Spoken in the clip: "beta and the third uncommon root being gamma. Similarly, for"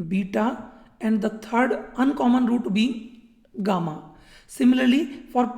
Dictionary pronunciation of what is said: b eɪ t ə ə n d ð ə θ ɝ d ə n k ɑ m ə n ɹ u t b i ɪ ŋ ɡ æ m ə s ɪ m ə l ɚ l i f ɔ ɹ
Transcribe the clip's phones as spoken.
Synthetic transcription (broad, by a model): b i t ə ə n d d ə t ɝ d ə n k ɑ m ə n ɹ u t b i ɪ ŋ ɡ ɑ m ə s ɪ m ə l ɚ l i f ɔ ɹ